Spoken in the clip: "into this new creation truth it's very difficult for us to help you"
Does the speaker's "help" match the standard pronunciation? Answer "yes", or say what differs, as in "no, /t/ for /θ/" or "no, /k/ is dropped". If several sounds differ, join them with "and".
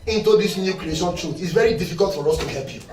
yes